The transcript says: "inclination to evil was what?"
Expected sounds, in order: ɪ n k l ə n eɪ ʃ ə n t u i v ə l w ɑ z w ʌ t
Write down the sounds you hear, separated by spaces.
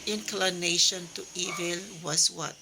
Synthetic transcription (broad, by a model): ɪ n k l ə n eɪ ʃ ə n t u i v ə l w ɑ s w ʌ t